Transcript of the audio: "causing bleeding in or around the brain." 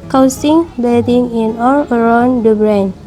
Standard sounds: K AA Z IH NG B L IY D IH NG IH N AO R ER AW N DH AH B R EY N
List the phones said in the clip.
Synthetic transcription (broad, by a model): K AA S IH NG B IY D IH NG IH N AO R ER AW N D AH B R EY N